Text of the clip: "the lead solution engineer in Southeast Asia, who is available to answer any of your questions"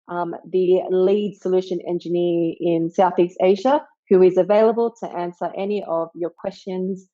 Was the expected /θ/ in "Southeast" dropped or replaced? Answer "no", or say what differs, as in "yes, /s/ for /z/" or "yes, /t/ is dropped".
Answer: no